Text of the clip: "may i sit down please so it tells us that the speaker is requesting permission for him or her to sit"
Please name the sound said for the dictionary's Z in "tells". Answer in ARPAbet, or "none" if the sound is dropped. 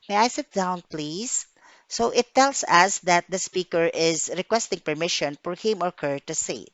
S